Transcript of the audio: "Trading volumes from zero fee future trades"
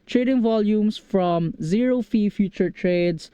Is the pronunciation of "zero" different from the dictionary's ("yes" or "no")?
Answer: no